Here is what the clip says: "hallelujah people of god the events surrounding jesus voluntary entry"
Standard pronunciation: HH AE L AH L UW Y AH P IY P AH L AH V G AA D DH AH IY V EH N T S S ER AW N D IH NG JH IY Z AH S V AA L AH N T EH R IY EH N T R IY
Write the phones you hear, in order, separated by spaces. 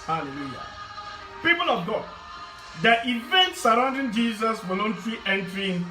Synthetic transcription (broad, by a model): HH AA L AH L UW Y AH P IY P AH L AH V G AA D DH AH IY V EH N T S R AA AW N D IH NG JH IY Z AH S W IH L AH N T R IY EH N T R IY